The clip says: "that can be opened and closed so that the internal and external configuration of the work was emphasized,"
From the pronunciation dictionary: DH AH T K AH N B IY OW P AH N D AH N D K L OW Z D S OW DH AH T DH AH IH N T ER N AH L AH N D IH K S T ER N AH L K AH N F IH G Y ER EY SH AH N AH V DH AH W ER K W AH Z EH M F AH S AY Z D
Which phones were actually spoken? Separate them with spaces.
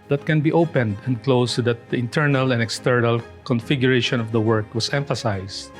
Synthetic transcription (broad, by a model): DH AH T K AH N B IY OW P AH N D AH N D K L OW S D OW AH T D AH IH N T ER N AH L AH N D IH K S T ER N AH L K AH N F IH G Y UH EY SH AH N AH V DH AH W ER K W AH S EH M F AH S AY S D